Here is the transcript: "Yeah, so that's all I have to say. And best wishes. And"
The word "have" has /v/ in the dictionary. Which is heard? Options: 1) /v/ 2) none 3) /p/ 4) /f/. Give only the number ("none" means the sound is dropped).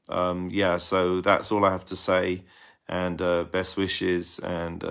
4